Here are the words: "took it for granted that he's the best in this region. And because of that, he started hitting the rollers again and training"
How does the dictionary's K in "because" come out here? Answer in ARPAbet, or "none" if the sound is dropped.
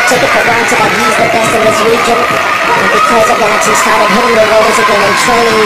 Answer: K